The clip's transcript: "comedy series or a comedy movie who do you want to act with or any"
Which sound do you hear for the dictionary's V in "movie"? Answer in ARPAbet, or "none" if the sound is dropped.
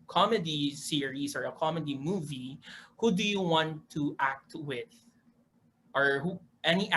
V